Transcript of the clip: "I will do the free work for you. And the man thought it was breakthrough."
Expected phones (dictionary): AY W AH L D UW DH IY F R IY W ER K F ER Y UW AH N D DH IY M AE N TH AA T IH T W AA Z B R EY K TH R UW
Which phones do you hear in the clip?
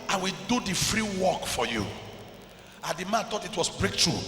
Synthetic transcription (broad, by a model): AY W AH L D UW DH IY F R IY W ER K F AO Y UW AH N D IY M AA N T AA T IH T W AA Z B R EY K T R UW